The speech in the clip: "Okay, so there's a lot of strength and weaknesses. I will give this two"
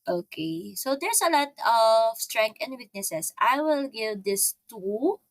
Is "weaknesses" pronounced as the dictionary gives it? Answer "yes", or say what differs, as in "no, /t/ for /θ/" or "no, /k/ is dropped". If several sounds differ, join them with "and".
no, /s/ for /z/